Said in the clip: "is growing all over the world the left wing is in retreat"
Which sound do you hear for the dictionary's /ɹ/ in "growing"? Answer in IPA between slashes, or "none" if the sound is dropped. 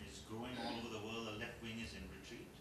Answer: none